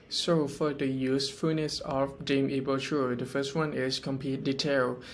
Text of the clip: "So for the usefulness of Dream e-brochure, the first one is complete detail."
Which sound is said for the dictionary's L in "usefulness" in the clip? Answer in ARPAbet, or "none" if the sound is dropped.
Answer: none